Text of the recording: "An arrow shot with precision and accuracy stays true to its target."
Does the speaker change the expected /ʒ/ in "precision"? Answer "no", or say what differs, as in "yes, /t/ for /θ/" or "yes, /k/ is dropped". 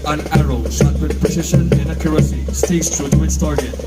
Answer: yes, /ʃ/ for /ʒ/